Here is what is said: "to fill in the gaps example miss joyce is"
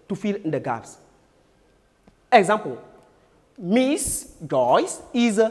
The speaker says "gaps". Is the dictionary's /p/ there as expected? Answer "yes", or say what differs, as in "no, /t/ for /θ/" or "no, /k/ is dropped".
no, /f/ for /p/